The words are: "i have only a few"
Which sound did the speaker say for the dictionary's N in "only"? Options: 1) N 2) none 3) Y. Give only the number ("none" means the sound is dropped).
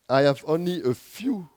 1